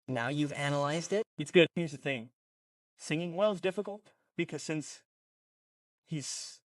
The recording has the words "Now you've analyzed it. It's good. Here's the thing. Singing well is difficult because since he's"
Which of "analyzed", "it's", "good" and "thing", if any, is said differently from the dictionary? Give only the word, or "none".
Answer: none